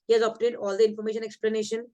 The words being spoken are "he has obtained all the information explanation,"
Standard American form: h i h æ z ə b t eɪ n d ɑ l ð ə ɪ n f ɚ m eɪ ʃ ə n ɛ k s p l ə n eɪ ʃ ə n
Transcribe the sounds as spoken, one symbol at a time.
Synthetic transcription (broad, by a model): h i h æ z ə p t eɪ d ɑ l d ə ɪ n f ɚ m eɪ ʃ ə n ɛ k s p l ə n eɪ ʃ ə n